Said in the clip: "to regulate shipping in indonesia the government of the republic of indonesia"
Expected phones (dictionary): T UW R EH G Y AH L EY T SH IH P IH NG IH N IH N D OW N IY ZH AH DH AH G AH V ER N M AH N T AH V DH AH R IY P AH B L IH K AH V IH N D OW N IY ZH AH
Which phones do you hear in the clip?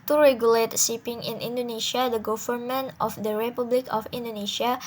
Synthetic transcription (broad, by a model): T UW R EH G Y AH L EY T S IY P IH NG IH N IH N D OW N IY SH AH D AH G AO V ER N M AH N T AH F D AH R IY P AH B L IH K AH F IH N D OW N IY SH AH